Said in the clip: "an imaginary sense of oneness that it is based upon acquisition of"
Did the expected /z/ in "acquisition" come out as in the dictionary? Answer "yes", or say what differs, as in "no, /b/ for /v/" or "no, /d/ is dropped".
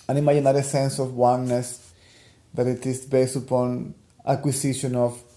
no, /s/ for /z/